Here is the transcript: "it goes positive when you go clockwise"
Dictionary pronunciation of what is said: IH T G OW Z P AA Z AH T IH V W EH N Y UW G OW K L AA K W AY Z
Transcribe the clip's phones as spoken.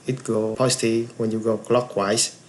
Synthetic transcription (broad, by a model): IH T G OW P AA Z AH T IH W EH N Y UW G OW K L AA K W AY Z